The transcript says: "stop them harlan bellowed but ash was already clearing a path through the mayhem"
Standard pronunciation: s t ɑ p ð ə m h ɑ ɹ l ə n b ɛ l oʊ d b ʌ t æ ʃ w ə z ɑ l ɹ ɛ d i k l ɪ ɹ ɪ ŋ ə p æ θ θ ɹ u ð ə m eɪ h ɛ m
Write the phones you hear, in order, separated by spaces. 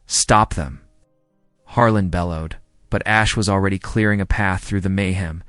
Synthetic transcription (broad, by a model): s t ɑ p ð ə m h ɑ ɹ l ə n b ɛ l oʊ d b ʌ t æ ʃ w ə z l ɹ ɛ d i k l ɪ ɹ ɪ ŋ ə p æ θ θ ɹ u ð ə m eɪ h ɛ m